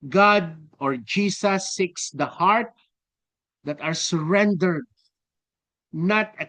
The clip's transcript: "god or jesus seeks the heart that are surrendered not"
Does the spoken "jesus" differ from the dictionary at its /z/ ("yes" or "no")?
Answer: yes